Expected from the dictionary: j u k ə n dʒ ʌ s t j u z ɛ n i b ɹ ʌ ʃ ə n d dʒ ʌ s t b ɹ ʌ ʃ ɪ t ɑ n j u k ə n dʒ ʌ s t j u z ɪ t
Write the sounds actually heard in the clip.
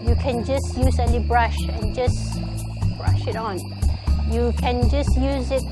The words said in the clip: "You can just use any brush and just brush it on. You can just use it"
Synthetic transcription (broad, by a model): j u k ə n dʒ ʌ s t j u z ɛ l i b ɹ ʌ ʃ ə n dʒ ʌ s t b ɹ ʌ ʃ ɪ t ɑ n j u k ə n dʒ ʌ s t j u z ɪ t